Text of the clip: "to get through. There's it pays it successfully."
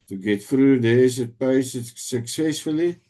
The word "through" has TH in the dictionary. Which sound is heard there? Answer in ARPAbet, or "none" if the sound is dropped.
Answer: F